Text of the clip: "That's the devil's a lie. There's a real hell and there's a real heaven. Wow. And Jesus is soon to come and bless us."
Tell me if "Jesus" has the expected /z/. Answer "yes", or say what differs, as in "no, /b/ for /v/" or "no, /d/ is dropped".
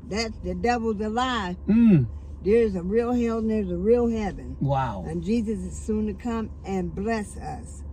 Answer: yes